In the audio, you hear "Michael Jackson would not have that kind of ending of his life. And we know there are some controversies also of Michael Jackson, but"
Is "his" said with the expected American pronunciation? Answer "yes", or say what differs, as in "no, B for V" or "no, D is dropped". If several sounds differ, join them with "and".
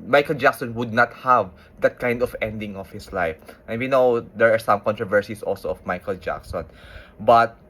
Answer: no, S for Z